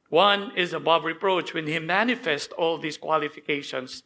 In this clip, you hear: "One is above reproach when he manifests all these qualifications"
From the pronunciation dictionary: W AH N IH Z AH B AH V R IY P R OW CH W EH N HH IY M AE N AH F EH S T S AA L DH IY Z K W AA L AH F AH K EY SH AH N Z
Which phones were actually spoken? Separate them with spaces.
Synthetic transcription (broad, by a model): W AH N IH Z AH B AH B R IY P R OW CH W EH N HH IY M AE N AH F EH S T AA L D IY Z K W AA L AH F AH K EY SH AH N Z